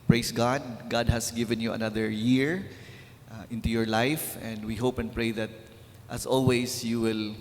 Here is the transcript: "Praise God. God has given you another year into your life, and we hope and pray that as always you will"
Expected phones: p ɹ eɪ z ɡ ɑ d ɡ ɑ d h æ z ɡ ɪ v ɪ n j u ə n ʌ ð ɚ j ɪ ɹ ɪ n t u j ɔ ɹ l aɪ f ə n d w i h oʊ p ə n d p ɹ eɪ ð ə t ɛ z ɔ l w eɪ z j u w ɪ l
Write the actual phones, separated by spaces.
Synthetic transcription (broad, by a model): p ɹ eɪ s ɡ ɑ d ɡ ɑ d h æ s ɡ ɪ v ɪ n j u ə n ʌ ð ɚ j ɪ ɹ ɪ n t u j ɔ ɹ l aɪ f ə n d w i h oʊ p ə n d p ɹ eɪ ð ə t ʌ s ɔ l w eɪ s j u w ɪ l